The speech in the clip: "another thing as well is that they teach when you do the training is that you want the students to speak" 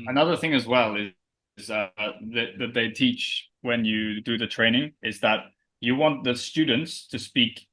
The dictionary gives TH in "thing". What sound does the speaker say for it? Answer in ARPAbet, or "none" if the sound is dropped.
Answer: TH